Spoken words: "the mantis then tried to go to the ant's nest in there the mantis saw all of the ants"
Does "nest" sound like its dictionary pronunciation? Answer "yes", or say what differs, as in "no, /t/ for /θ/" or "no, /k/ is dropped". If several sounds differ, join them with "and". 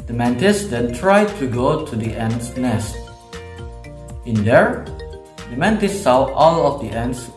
yes